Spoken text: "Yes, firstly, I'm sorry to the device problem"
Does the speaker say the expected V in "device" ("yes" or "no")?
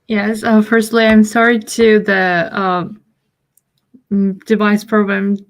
yes